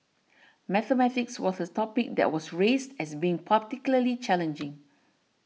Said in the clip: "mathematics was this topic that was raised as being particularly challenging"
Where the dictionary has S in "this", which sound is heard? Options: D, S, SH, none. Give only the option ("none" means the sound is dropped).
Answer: none